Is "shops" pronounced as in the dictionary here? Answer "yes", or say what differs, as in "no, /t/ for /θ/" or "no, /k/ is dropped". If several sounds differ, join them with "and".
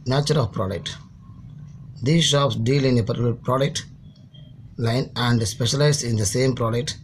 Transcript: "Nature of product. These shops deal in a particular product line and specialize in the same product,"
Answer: yes